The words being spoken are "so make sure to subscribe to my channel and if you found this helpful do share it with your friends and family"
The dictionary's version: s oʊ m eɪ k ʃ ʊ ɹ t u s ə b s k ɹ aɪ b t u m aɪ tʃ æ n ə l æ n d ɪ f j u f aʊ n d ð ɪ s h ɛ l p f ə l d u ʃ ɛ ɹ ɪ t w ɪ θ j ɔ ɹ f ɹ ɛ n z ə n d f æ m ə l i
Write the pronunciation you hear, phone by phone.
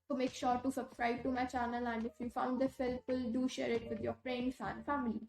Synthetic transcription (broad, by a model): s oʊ m eɪ k ʃ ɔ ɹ t u s ə b s k ɹ aɪ b t u m aɪ tʃ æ n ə l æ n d ɪ f j u f aʊ n d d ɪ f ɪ l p ə l d u ʃ ɛ ɹ ɪ t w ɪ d j ɔ ɹ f ɹ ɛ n s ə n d f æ m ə l i